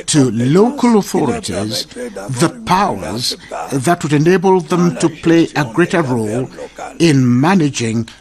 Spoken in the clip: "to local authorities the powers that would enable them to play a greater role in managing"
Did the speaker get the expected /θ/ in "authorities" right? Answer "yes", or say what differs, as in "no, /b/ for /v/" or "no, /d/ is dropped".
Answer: yes